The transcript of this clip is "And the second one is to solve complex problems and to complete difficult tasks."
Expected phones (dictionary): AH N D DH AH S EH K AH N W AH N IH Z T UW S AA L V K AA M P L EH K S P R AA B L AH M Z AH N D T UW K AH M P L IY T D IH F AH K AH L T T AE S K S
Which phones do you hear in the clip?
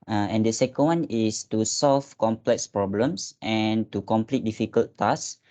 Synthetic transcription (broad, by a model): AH N D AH S EH K AH N W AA N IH S T UW S AA L F K AA M P L EH K S P R AA B L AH M S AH N T UW K AH M P L IY T D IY F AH K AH L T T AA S S